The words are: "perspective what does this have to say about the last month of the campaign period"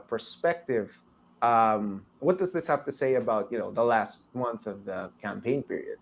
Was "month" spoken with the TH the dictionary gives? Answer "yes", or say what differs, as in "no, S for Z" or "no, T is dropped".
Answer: yes